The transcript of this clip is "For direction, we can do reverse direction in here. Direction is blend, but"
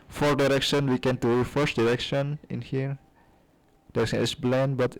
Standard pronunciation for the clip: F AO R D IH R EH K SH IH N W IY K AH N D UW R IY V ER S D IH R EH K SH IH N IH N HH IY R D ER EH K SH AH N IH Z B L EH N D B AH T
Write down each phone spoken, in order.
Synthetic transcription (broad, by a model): F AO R D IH R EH K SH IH N W IY K AH N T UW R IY F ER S D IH R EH K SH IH N IH N HH IY R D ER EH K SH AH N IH S B L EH N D B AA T